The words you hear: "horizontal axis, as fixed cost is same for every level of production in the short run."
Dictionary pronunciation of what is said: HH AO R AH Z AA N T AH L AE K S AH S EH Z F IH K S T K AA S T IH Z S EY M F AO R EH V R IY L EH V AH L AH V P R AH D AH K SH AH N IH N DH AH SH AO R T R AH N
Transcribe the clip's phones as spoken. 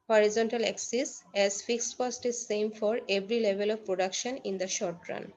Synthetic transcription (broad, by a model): HH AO R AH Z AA N T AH L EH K S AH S EH Z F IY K S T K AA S T IH Z S EY M F AO R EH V R IY L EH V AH L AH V P R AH D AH K SH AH N IH N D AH SH AO R T R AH N